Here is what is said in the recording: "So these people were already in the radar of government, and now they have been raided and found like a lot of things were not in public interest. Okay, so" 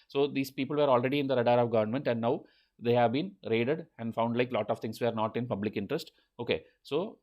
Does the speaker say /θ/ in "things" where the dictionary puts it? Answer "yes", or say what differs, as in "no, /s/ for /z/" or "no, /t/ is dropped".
no, /t/ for /θ/